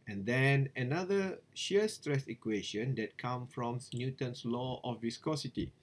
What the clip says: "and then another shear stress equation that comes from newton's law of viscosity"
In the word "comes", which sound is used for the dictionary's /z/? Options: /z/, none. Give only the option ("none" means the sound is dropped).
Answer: none